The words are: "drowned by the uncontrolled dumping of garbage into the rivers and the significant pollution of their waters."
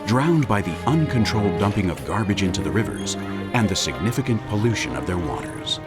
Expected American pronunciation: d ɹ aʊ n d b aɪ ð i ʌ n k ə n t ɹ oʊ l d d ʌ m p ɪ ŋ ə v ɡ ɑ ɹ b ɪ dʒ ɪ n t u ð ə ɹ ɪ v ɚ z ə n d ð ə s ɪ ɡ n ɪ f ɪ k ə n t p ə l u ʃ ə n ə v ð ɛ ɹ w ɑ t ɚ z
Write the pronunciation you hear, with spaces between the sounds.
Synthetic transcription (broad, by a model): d ɹ aʊ n b aɪ ð i ʌ n k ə n t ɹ oʊ l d d ʌ m p ɪ ŋ ə v ɡ ɑ ɹ b ɪ dʒ ɪ n t u ð ə ɹ ɪ v ɚ z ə n ð ə s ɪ ɡ n ɪ f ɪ k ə n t p ə l u ʃ ə n ə v ð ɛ ɹ w ɑ t ɚ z